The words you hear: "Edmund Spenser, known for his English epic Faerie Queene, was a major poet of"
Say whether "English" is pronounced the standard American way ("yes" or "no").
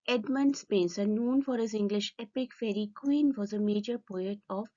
yes